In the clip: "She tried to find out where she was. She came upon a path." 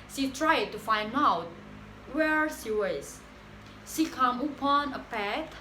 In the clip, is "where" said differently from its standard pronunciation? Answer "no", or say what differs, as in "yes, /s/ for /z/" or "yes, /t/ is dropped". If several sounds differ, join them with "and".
no